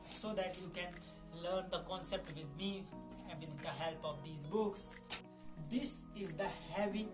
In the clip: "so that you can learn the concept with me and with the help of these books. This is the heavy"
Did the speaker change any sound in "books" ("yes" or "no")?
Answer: no